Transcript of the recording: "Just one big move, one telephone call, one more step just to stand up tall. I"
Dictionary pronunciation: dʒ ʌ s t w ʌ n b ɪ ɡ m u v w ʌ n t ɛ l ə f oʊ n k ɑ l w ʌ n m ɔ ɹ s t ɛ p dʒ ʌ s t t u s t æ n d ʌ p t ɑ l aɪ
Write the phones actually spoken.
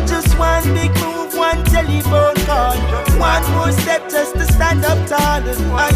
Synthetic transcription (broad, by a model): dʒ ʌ s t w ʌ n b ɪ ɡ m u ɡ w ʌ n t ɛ l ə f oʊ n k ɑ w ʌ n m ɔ s t ɛ p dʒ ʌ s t t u s t æ n d ʌ p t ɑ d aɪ